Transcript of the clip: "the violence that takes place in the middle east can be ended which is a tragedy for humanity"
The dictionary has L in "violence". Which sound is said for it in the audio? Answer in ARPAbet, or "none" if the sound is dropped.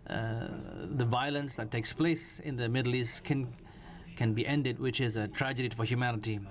L